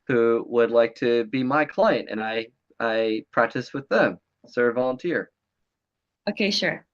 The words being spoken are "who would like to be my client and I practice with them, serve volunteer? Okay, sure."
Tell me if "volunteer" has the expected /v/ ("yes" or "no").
yes